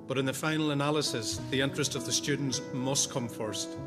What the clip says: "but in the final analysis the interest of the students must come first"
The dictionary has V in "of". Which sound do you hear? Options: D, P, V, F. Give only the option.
V